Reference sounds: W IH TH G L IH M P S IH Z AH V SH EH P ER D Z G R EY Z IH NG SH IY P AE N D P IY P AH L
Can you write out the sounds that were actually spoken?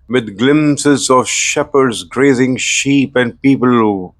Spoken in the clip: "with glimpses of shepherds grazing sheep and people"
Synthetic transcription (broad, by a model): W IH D G L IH M S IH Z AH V SH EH P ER D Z G R EY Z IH NG SH IY P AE N D P IY P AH L